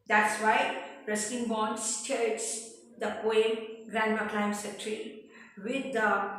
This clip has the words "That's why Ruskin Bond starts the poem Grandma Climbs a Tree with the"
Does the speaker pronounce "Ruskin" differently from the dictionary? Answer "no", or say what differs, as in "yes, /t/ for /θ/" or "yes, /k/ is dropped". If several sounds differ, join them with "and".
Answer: yes, /k/ is dropped